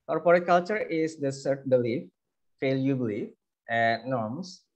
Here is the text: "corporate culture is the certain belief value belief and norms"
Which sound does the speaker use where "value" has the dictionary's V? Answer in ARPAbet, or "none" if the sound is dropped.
F